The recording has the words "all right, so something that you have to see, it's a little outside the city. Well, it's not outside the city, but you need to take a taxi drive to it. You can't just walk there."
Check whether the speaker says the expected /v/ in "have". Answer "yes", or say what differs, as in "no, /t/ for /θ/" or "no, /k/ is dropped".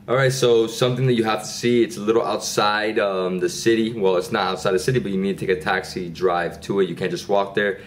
no, /f/ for /v/